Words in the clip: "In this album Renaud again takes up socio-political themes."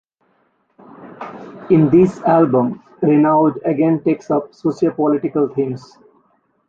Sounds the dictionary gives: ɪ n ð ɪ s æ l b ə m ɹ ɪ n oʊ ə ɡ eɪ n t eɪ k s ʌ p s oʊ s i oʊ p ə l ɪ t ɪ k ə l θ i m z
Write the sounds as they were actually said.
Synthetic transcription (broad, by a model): ɪ n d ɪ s æ l b ə m ɹ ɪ n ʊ ə ɡ eɪ n t eɪ k s ʌ p s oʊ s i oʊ p ə l ɪ t ɪ k ə l t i m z